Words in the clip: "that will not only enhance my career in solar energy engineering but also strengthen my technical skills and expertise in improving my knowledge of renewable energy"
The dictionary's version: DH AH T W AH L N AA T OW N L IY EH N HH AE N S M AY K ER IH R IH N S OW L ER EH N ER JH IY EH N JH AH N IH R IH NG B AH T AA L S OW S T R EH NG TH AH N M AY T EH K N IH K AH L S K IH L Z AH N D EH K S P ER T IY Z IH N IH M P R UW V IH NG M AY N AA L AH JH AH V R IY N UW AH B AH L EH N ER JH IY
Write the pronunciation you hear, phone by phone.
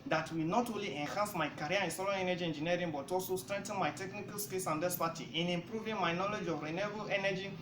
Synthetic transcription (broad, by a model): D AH T W AH L N AA T OW N L IY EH N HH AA N S M AY K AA R IH N S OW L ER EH N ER JH IY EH N JH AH N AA R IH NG B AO T AA L S OW S T R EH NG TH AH N M AY T EH K N IH K AH L S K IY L S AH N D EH S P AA T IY IH N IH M P R UW V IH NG M AY N AA L AH JH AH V R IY N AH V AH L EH N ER JH IY